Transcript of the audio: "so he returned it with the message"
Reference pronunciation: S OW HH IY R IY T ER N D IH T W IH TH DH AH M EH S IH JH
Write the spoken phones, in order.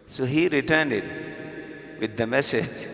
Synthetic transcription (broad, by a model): S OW HH IY R IY T ER N D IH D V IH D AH M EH S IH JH